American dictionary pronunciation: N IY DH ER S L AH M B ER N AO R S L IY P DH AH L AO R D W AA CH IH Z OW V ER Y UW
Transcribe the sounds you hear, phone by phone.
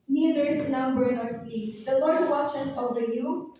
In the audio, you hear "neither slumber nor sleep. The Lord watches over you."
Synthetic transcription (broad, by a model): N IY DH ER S N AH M B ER N AO R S IY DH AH L AO R D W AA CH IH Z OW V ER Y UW